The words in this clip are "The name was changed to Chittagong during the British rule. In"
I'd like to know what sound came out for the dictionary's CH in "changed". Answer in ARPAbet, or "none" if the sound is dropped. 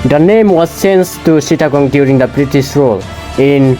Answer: S